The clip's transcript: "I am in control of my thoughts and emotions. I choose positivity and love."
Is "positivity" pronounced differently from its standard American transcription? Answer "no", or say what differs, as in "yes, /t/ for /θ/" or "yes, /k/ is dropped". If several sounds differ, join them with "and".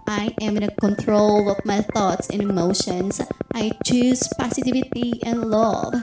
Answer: yes, /s/ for /z/